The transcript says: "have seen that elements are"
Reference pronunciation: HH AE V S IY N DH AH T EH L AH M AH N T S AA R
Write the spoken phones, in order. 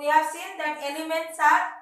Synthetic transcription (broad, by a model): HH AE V S IY N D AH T EH L AH M AH N T S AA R